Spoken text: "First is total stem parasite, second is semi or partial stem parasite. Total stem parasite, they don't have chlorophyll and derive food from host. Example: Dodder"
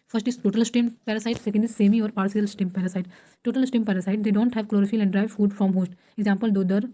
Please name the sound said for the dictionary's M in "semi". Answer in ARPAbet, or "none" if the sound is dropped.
M